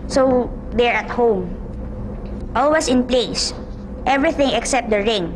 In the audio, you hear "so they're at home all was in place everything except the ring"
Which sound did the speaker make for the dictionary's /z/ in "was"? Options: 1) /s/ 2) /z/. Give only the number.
1